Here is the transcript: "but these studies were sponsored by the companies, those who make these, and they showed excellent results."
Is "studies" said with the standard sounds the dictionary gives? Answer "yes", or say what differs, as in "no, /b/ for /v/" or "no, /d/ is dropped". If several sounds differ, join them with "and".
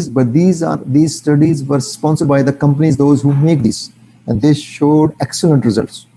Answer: yes